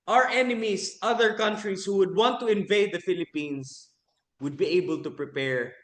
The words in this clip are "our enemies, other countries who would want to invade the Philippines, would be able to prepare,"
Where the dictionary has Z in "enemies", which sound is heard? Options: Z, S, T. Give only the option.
S